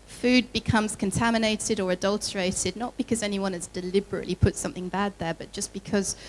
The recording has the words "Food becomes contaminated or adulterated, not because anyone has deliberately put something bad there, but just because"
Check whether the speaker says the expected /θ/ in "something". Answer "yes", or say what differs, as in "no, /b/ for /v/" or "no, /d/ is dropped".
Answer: yes